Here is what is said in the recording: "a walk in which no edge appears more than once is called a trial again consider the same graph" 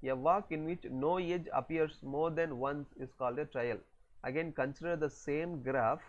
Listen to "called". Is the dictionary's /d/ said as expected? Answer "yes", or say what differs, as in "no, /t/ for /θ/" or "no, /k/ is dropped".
yes